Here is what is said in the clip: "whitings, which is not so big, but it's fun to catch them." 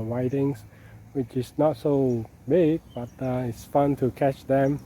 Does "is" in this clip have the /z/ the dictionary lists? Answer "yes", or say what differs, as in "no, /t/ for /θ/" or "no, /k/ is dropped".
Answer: no, /s/ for /z/